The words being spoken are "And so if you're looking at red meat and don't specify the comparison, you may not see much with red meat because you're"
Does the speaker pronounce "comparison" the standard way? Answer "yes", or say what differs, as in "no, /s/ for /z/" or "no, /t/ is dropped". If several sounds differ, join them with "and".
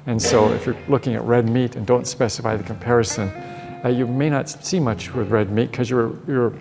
yes